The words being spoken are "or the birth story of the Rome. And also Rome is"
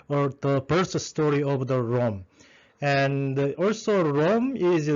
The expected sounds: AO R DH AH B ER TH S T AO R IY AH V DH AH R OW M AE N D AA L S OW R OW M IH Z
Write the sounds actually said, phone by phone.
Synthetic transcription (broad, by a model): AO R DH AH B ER S S T AO R IY AH V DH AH R OW M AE N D AA L S OW R OW M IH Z